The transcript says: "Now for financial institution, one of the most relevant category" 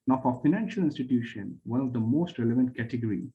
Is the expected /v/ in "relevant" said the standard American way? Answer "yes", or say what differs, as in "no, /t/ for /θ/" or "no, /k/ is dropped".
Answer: yes